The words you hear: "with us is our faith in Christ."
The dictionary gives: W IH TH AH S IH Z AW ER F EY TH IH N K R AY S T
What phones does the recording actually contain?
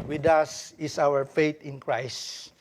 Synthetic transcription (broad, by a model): W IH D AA S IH S AW ER F EY T IH N K R AY S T